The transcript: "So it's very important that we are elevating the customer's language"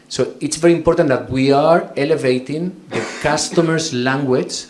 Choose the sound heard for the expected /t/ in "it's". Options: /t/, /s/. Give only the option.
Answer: /t/